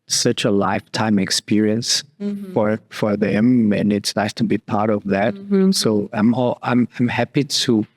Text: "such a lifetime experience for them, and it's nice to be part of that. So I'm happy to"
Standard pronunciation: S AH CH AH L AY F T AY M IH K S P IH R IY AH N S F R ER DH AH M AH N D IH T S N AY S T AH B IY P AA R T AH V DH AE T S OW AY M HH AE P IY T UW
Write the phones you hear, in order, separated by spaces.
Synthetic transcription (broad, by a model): S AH CH AH L AY F T AY M IH K S P IH R IY AH N S F R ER DH AH M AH N IH T S N AY S T AH B IY P AA R T AH V DH AE T S OW AY M HH AE P IY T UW